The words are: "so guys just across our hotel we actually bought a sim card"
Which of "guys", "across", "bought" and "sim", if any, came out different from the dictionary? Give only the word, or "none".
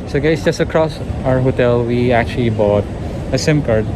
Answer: guys